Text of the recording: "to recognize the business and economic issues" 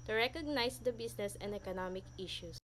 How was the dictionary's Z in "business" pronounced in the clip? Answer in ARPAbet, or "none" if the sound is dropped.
S